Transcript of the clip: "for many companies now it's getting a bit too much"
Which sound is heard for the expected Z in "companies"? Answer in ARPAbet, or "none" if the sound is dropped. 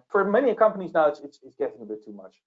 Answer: Z